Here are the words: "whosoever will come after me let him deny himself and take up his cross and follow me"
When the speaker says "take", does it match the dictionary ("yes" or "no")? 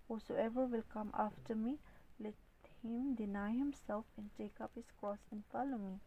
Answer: yes